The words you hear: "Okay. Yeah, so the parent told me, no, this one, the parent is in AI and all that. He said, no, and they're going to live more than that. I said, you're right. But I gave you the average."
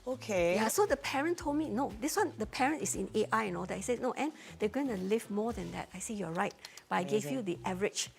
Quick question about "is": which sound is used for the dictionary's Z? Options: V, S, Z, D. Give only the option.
S